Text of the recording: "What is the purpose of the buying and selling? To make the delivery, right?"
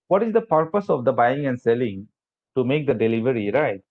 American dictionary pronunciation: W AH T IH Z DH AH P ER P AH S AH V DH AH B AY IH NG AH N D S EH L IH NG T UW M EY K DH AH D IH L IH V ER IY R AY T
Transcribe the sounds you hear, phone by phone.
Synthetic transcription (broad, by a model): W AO T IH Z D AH P ER P AH S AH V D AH B AY IH NG AH N D S EH L IH NG T UW M EY K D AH D IH L IH V ER IY R AY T